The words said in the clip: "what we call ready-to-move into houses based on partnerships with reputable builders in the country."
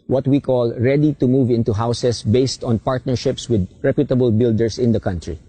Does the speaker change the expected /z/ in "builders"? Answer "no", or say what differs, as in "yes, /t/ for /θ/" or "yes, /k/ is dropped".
yes, /s/ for /z/